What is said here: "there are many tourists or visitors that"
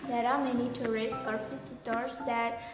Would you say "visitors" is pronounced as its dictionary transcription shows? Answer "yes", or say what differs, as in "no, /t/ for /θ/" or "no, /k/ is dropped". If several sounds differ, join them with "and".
no, /p/ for /v/